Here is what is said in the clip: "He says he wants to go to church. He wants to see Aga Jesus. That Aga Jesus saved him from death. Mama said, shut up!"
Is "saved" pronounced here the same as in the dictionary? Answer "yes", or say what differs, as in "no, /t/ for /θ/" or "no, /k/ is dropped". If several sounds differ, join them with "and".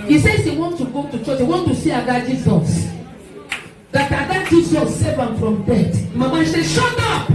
no, /d/ is dropped